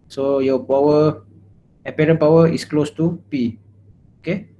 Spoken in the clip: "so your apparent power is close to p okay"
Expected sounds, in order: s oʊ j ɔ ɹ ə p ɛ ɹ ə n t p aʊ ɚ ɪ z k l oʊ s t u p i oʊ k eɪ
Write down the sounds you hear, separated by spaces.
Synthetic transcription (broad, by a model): s oʊ j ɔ w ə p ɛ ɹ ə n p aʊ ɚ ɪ s k l oʊ s t u p i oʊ k eɪ